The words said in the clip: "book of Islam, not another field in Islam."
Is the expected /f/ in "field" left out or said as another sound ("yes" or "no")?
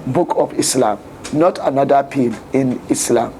yes